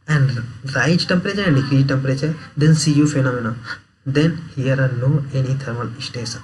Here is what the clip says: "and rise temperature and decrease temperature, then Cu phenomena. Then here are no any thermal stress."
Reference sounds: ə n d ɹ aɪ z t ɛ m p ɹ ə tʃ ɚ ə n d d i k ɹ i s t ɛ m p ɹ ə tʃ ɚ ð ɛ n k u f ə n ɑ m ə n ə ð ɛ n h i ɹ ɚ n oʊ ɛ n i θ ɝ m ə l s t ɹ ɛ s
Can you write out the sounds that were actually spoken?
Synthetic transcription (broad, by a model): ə n d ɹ aɪ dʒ t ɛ m p ɹ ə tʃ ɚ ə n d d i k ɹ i t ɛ m p ɹ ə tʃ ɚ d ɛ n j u f ə n ɑ m ə n ə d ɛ n h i ɹ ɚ n oʊ ɛ n i t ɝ m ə l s t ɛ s